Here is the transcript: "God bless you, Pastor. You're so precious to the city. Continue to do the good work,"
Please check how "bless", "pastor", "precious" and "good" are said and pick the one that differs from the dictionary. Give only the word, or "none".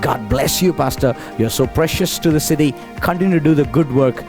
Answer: none